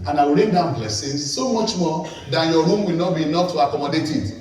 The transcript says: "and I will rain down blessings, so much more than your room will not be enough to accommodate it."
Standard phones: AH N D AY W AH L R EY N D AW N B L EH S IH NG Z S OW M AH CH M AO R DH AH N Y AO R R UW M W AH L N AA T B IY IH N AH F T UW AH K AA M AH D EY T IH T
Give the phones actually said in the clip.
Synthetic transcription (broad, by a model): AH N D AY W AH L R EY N D AW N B L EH S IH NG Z S OW M AH CH M AO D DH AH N Y AO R R UW M W AH L N AA T B IY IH N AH F T UW AH K AA M AH D EY T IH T